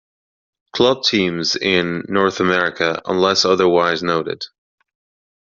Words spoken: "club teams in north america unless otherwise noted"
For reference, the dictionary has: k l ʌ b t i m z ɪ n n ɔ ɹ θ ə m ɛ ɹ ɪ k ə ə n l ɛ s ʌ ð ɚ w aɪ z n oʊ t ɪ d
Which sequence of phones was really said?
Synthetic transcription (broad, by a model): k l ʌ b t i m z ɪ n n ɔ ɹ θ ə m ɛ ɹ ɪ k ə ə n l ɛ s ʌ ð ɚ w aɪ z n oʊ t ɪ d